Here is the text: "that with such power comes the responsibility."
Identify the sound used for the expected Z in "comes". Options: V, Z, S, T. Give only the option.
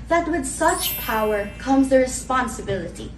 Z